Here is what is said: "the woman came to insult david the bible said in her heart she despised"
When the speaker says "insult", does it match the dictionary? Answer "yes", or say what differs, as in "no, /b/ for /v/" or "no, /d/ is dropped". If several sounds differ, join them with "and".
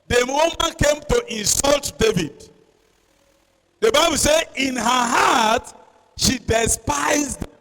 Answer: yes